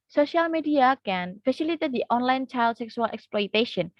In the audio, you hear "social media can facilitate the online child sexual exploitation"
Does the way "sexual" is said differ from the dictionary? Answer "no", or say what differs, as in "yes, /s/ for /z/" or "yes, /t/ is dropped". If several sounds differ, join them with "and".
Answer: yes, /s/ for /ʃ/